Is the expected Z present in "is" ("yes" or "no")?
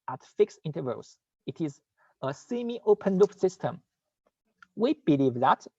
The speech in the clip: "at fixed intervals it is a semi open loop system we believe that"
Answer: yes